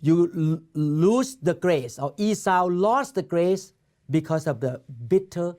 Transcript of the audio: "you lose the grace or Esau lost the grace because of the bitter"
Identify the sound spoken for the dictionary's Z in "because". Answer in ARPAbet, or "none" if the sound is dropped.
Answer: S